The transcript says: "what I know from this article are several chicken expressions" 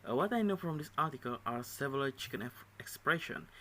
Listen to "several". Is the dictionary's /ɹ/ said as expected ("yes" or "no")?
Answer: no